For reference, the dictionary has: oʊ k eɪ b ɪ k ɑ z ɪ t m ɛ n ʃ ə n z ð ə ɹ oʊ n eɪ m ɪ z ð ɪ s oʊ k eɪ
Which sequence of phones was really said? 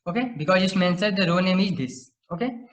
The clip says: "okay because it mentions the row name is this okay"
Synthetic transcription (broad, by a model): oʊ k eɪ b ɪ k ɑ z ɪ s m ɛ n s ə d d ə ɹ oʊ n eɪ m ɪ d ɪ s oʊ k eɪ